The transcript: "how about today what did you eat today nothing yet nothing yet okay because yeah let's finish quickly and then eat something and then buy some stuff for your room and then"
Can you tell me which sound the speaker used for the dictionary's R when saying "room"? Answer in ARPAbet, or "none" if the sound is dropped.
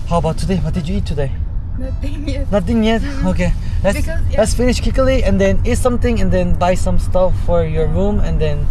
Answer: R